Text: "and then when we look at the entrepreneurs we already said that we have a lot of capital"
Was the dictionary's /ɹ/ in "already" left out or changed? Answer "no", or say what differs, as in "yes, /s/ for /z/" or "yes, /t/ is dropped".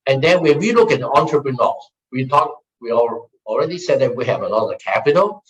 no